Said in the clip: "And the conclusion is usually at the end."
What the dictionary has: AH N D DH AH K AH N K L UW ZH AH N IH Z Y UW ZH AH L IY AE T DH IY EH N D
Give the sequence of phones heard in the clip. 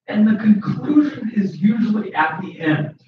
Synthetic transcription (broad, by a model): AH N DH AH K AH N K L UW ZH AH N IH Z Y UW ZH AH L IY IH T DH IY EH N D